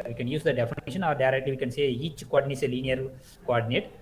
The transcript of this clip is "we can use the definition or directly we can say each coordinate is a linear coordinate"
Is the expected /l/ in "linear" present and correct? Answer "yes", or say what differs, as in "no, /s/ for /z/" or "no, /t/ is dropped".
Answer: no, /n/ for /l/